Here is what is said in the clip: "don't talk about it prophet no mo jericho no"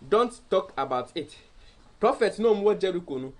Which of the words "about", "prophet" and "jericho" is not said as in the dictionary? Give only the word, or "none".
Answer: none